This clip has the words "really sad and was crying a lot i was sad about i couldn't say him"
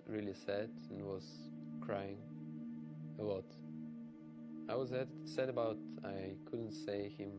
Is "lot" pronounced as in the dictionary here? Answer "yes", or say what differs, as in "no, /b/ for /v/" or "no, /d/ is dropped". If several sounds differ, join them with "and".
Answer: no, /w/ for /l/